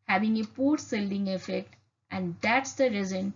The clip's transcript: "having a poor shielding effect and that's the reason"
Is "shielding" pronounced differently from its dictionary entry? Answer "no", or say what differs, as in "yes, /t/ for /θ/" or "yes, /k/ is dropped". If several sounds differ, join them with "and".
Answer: yes, /s/ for /ʃ/